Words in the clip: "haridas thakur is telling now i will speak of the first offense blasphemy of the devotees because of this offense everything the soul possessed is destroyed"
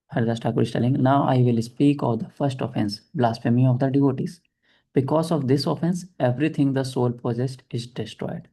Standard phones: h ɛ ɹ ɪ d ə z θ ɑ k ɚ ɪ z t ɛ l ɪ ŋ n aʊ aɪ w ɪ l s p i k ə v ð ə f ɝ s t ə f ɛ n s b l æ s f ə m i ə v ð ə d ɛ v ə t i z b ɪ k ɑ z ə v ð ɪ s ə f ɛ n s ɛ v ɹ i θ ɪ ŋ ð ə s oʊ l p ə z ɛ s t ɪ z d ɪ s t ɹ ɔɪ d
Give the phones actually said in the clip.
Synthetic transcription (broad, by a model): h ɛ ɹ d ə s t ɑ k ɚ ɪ s t ɛ l ɪ ŋ n aʊ aɪ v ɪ l s p i k ə v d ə f ɝ s t ə f ɛ n s b l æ s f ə m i ə v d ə d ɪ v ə t i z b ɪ k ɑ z ə v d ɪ s ə f ɛ n s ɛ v ɹ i t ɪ ŋ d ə s oʊ l p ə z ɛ s t ɪ z d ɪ s t ɹ ɔɪ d